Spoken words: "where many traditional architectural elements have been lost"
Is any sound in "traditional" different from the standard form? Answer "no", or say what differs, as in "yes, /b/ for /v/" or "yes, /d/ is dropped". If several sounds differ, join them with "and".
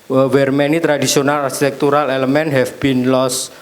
yes, /s/ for /ʃ/